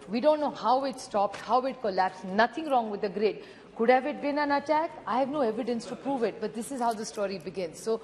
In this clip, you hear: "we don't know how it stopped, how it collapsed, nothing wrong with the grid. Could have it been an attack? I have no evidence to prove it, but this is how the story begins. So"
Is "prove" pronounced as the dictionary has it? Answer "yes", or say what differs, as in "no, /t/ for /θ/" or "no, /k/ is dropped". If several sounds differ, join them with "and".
yes